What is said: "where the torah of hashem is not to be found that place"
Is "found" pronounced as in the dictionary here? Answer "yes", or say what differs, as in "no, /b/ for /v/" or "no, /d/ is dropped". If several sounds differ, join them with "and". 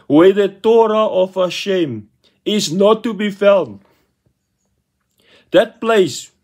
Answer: no, /l/ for /n/